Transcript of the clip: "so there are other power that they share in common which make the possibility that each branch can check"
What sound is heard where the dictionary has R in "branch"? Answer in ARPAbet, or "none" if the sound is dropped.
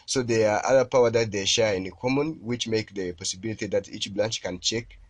L